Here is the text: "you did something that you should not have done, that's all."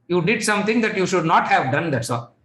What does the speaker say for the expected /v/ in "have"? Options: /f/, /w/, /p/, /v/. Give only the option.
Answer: /v/